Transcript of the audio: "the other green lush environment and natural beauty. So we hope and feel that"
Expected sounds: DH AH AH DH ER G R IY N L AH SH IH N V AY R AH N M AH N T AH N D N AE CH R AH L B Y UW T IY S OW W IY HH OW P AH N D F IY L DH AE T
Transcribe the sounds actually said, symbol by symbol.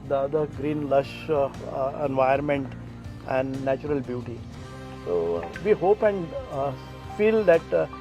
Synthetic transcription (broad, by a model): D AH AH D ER G R IY N L AH SH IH N V AY AH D M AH N T AH N D N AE CH R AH L B Y UW T IY S OW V IY HH OW P AH N D F IY L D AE T